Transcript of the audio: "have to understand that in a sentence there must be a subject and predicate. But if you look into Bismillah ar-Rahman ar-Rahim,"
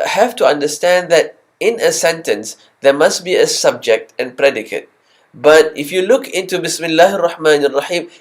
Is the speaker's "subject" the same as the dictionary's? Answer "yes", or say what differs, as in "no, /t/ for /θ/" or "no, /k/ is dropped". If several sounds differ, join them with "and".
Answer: yes